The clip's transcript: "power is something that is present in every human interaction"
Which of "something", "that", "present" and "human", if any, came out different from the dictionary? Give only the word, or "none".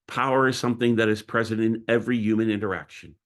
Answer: none